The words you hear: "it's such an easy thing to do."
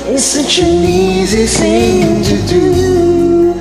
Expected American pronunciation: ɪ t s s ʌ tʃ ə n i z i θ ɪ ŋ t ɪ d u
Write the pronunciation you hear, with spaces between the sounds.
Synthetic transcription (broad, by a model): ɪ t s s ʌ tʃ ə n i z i s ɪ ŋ t ɪ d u